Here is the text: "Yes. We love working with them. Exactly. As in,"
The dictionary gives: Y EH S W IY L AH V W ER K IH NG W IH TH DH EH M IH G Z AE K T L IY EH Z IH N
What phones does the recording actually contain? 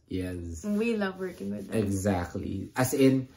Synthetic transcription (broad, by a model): Y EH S W IY L AH V W ER K IH NG W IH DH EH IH G Z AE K T L IY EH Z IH N